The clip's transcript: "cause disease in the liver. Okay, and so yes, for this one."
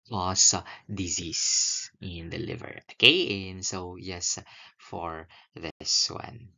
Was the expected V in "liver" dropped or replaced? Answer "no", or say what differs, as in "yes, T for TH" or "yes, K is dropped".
no